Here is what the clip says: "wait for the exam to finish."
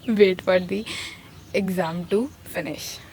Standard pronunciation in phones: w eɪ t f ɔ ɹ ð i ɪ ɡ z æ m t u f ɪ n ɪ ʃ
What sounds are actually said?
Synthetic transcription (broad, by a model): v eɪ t p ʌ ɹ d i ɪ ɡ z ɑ m t u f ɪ n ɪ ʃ